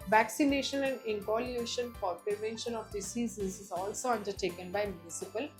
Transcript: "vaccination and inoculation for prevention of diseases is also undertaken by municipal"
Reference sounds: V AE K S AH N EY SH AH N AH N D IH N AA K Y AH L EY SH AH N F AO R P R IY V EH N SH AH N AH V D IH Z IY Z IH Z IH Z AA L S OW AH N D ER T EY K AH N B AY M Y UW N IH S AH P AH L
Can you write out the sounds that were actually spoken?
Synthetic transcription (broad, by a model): V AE K S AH N EY SH AH N AH N D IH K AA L Y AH EY SH AH N F AO R P R IY V EH N SH AH N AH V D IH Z IY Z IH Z IH Z AA L S OW AH N D ER T EY K AH N B AY M Y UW N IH S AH P AH L